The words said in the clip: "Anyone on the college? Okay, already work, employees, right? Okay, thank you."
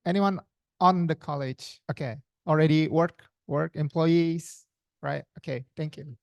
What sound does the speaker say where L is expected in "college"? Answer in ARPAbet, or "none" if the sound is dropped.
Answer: L